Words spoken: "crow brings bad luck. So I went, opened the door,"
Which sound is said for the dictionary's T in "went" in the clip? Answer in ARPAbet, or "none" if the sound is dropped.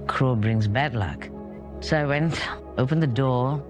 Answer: T